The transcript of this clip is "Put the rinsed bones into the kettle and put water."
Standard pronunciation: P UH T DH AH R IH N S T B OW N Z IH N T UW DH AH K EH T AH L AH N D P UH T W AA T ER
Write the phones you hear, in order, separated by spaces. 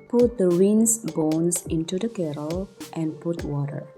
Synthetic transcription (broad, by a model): P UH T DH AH W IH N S B OW N S IH N T UW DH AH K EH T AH L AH N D P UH T W AA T ER